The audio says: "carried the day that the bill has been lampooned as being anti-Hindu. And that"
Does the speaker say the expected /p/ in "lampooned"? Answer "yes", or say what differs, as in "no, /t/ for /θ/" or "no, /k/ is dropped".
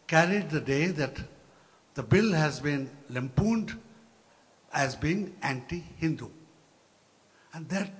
yes